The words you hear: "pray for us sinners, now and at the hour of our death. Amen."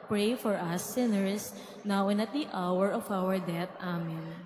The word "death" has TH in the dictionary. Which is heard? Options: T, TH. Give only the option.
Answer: T